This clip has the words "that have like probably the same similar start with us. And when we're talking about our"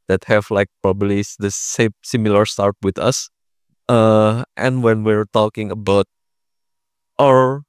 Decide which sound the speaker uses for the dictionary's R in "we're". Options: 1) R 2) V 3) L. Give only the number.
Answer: 1